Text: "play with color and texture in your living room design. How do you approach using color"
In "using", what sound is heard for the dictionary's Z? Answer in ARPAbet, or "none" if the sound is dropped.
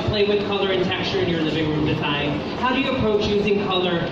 Z